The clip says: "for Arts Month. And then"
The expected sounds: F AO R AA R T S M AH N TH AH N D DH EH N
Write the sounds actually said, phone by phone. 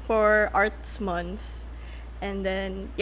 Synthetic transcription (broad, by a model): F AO R AA R T S M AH N S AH N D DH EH N